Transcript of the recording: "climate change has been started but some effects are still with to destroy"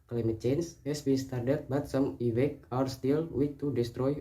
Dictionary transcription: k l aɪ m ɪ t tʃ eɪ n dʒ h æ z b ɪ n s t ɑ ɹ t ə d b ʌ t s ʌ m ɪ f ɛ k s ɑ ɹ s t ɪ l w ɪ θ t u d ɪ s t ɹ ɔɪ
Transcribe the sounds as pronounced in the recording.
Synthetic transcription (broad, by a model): k l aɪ m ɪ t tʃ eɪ n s h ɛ s b ɪ n s t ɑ ɹ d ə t b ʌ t s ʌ m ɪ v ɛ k ɑ ɹ s t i l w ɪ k t u d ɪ s t ɹ ɔɪ